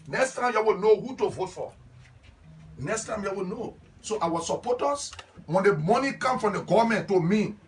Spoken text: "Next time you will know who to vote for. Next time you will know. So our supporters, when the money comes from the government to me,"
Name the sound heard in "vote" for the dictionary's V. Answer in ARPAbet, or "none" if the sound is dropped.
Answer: V